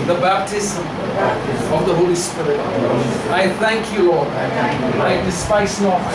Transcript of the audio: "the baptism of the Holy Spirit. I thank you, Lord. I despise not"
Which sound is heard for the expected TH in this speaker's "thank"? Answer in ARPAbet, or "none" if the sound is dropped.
TH